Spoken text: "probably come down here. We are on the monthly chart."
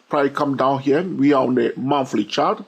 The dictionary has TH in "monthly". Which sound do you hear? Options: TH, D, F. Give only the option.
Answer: F